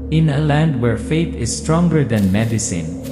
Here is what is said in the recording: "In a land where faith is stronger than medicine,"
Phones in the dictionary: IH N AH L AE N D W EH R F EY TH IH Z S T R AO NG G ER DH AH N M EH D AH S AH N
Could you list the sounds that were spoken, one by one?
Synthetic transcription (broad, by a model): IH N AH L AE N D W EH R F EY T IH S T R AO NG G ER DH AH N M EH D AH S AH N